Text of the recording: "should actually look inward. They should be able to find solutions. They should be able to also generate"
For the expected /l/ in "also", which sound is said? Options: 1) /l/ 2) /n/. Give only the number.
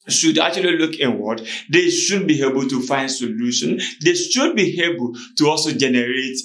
1